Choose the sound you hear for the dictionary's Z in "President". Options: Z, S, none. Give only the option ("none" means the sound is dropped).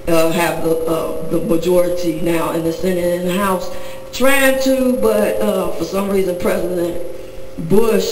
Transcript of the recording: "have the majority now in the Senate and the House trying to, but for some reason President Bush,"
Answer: Z